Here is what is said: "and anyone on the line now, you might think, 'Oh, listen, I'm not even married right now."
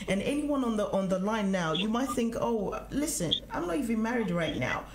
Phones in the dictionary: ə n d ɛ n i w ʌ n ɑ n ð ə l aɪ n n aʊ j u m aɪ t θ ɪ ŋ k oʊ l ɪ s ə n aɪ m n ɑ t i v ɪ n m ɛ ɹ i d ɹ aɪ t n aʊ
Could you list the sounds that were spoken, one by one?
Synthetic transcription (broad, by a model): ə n ɛ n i w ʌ n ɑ n ð ə l aɪ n n aʊ j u m aɪ t θ ɪ ŋ k oʊ l ɪ s ə n aɪ m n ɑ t i v ɪ n m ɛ ɹ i d ɹ aɪ t n aʊ